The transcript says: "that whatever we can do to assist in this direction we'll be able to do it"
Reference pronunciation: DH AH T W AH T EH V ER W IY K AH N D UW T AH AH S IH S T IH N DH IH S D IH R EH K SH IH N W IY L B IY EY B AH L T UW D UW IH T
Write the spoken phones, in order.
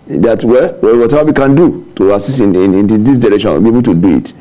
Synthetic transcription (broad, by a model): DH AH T W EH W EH W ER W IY K AH N D UW T AH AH S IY S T IH N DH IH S D IH R EH K SH IH N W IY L B IY EY B AH L T UW D UW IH T